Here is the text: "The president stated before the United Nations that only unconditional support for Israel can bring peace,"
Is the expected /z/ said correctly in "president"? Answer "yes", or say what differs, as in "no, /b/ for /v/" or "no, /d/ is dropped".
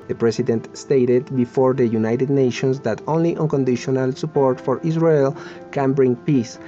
no, /s/ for /z/